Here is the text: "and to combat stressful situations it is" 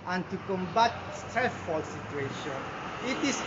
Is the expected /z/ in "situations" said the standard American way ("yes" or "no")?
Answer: no